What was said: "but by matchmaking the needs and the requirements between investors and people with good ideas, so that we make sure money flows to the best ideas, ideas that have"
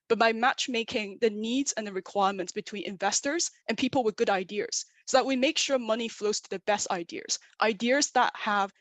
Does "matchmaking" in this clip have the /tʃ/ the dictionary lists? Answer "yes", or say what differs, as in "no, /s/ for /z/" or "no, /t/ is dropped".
yes